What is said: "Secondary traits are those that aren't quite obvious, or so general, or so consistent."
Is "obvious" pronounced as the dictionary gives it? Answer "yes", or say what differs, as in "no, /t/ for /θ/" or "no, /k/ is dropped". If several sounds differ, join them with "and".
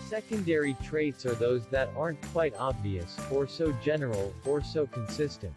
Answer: yes